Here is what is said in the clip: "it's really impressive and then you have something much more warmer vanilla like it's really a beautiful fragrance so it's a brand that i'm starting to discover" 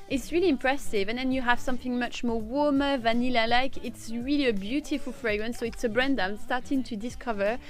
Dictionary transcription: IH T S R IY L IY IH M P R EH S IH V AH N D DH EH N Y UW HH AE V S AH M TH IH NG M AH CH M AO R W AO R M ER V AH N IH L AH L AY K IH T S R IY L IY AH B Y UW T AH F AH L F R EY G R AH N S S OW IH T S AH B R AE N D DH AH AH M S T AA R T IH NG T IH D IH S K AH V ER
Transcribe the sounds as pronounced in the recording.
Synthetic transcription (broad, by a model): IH T S R IY L IY IH M P R EH S IH V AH N DH EH N Y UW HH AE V S AH M TH IH NG M AH CH M AO R W AO R M ER V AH N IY L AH L AY K IH T S R IY L IY AH B Y UW T AH F AH L F R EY G R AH N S S OW IH T S AH B R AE N D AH AH M S T AA R T IH NG T IH D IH S K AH V ER